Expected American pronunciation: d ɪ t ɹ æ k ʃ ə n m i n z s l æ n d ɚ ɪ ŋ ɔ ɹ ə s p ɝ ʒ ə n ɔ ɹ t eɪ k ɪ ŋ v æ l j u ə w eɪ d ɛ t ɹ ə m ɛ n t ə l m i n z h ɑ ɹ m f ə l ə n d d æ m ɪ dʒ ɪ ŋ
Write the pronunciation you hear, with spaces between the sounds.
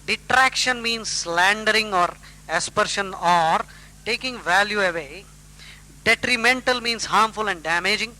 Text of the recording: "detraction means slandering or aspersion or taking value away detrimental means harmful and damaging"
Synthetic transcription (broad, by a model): d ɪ t ɹ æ k ʃ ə n m i n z s l æ n d ɚ ɪ ŋ ɔ ɹ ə s p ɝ ʃ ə n ɔ ɹ t eɪ k ɪ ŋ v æ l j u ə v eɪ d ɛ t ɹ ə m ɛ n t ə l m i n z h ɑ ɹ m f ə l ə n d d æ m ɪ dʒ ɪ ŋ